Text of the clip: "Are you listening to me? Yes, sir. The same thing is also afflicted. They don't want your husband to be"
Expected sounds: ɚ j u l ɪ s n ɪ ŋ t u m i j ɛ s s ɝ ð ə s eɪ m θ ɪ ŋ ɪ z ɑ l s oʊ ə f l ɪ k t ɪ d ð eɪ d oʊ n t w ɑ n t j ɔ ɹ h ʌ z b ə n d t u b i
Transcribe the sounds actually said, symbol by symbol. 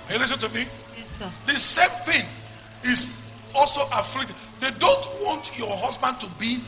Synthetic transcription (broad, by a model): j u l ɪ s ɪ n t u m i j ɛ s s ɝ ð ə s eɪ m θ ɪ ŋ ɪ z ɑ l s oʊ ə f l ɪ k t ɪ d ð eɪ d oʊ n t w ɑ n t j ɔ h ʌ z b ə n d t u b i